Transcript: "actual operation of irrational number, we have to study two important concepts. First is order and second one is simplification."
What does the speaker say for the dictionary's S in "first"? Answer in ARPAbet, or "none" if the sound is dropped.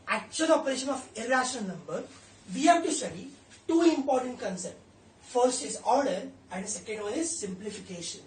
S